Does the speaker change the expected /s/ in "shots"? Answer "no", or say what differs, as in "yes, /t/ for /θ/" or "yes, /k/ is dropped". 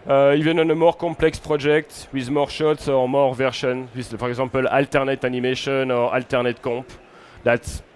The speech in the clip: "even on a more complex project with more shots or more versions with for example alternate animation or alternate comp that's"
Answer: no